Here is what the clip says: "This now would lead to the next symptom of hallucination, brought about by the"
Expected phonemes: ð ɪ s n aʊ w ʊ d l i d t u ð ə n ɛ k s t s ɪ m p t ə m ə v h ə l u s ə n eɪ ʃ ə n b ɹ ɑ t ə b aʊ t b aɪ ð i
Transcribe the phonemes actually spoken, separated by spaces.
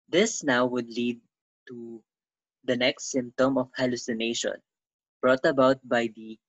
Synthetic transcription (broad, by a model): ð ɪ s n aʊ w ʊ d l i d t u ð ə n ɛ k s t s ɪ m p t ə m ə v h ə l u s ə n eɪ ʃ ə n b ɹ ɑ t ə b aʊ t b aɪ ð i